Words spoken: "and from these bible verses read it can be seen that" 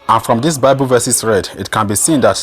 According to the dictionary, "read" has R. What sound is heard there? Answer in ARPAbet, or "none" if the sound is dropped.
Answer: R